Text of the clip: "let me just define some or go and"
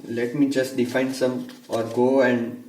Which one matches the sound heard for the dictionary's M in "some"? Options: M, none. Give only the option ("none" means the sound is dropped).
M